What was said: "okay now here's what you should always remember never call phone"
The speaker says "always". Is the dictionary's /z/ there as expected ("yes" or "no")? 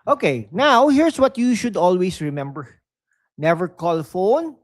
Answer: no